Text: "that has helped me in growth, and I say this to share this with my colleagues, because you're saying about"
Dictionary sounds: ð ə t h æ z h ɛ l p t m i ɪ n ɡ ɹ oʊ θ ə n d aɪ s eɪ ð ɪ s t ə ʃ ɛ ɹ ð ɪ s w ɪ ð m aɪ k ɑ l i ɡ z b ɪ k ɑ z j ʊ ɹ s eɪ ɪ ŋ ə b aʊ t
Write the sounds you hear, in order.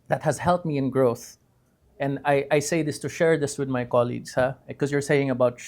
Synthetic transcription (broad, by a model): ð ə t h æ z h ɛ l t m i ɪ n ɡ ɹ oʊ θ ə n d aɪ s eɪ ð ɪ s t ə ʃ ɛ ɹ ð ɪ s w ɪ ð m aɪ k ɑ l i ɡ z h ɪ k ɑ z j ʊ ɹ s eɪ ɪ ŋ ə b aʊ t